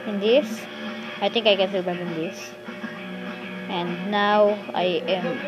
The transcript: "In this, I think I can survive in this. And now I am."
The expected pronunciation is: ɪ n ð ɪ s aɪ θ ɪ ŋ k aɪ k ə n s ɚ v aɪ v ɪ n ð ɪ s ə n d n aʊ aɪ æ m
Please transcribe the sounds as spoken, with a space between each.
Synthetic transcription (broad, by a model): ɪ n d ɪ s aɪ t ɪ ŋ k aɪ k ə n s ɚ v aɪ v ɪ n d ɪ s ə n n aʊ aɪ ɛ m